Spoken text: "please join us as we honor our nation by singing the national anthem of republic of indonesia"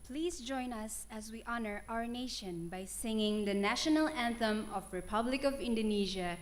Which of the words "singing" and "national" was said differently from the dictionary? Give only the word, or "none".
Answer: none